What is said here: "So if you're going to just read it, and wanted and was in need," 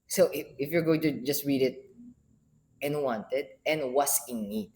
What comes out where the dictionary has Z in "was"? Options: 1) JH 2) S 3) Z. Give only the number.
2